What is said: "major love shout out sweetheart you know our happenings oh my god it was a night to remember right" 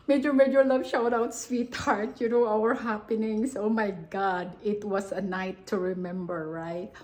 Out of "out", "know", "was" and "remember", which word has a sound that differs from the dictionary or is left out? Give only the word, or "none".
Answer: was